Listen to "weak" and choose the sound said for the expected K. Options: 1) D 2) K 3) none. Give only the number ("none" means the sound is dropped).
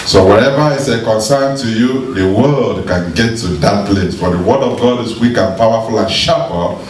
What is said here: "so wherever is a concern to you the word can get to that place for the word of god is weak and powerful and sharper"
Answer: 2